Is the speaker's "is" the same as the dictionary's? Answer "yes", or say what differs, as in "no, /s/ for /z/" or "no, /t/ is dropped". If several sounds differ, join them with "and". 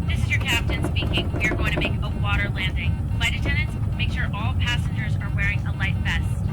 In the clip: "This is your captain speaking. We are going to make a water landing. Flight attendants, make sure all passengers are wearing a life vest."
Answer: yes